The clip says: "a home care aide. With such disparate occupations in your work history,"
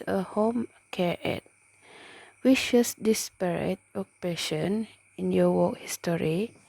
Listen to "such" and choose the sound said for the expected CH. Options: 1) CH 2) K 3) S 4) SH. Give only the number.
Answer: 3